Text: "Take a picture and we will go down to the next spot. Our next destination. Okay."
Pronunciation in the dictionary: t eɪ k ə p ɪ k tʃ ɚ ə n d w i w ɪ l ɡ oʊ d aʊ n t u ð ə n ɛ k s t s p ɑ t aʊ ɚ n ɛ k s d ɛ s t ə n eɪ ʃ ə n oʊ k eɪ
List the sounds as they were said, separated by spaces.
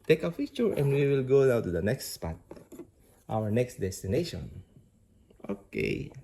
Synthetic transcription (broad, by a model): t eɪ k ə f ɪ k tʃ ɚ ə n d w i w ɪ l ɡ oʊ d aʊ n t u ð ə n ɛ k s t s p ɑ t aʊ ɚ n ɛ k s d ɛ s t ə n eɪ ʃ ə n oʊ k eɪ